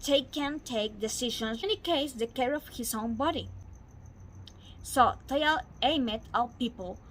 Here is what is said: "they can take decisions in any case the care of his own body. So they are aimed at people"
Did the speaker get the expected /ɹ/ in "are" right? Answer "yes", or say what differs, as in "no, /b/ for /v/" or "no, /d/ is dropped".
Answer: no, /l/ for /ɹ/